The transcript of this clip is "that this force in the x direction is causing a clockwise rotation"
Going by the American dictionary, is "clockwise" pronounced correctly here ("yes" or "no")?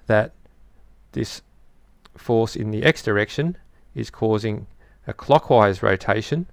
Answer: yes